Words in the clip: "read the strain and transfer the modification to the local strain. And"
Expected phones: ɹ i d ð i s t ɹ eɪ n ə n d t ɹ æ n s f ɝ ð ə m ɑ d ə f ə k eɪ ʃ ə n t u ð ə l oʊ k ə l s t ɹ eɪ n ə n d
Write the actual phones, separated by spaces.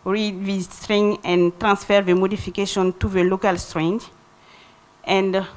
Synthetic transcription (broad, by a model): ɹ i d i s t ɹ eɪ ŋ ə n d t ɹ æ n s f ɝ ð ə m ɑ d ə f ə k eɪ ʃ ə n t u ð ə l oʊ k ə l s t ɹ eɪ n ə n d